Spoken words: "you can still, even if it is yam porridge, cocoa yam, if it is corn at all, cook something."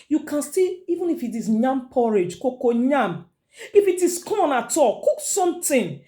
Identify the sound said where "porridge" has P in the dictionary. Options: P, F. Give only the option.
P